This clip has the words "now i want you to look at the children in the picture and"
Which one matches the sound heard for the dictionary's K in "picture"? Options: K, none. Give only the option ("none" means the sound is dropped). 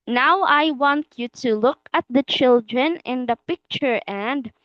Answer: K